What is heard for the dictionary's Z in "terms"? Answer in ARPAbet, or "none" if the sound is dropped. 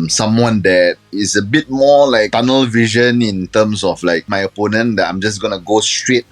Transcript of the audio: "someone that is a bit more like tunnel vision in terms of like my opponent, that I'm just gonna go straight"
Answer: S